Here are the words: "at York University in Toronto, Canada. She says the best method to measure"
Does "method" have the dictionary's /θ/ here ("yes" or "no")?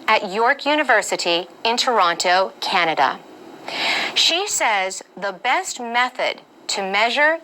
yes